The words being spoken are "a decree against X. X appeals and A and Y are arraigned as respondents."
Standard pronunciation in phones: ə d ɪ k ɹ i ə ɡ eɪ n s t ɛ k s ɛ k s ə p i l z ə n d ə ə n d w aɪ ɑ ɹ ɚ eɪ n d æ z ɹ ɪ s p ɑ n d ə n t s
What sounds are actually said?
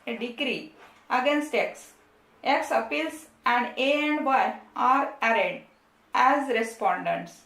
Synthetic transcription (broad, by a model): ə d ɪ k ɹ i ə ɡ eɪ n s t ɛ k s ɛ k s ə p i l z ə n d ə ə n d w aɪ ɑ ɹ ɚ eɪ d æ z ɹ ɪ s p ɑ n d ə n t s